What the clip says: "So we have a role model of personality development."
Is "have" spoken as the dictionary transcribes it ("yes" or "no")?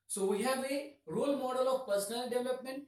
no